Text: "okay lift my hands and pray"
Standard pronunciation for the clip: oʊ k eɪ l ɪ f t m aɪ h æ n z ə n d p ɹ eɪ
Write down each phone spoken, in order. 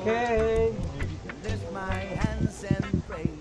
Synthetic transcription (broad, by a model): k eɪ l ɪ t m aɪ h æ n z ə n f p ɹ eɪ